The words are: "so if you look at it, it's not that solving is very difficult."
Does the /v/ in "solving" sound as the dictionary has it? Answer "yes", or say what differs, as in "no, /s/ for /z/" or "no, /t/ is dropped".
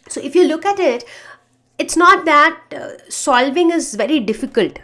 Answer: yes